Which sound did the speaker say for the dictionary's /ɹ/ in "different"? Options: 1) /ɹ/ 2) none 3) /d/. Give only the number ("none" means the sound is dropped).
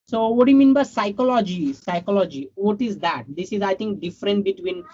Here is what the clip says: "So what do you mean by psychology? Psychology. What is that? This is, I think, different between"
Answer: 1